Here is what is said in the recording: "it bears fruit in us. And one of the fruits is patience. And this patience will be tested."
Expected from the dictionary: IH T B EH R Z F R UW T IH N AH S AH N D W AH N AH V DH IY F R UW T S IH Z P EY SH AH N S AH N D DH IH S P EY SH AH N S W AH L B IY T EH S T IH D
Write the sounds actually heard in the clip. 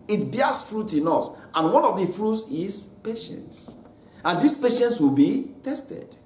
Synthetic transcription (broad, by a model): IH T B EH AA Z F R UW T IH N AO S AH N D W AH N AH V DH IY F R UW T S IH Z P EY SH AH N S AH N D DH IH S P EY SH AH N S W AH L B IY T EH S T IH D